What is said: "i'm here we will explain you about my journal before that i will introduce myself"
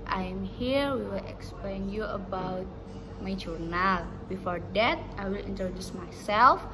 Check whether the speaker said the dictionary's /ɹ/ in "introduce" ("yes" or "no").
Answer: no